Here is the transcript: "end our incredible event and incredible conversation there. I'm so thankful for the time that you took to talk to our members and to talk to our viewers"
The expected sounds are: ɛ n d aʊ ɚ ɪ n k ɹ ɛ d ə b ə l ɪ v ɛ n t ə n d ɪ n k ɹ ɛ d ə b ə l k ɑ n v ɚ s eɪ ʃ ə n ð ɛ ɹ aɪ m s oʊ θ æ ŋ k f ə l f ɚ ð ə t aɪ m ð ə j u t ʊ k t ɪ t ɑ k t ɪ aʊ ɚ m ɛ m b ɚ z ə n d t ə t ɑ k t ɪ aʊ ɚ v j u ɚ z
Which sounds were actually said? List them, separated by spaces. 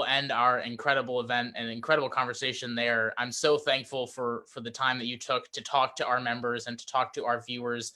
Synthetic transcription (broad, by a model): ɛ n d aʊ ɚ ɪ n k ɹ ɛ d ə b l ɪ v ɛ n t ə n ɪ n k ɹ ɛ d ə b l k ɑ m v ɚ s eɪ ʃ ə n ð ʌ ɹ aɪ m s oʊ θ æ ŋ k f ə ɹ f ɚ ð ə t aɪ m ð ə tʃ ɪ t ʊ k t ɪ t ɑ k t ɪ aʊ ɚ m ɛ m b ɚ z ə n t ə t ɑ k t ɪ aʊ ɚ v j u ɚ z